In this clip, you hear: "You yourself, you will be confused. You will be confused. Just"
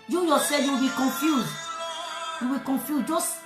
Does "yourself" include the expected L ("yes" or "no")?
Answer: no